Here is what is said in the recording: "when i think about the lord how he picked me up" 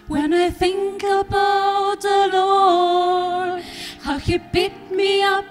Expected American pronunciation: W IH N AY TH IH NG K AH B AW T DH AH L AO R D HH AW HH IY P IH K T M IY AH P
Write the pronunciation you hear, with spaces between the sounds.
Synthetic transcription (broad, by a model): W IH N AY TH IH NG K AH B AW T DH AH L AO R HH AW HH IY B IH T M IY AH P